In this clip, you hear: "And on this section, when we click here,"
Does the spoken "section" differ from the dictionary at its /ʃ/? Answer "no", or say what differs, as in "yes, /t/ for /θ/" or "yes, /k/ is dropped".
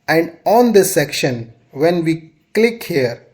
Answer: no